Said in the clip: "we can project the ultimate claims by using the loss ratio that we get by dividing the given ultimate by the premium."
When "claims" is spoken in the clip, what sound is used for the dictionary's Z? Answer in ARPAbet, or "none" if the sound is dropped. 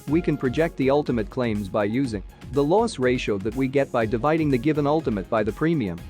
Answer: Z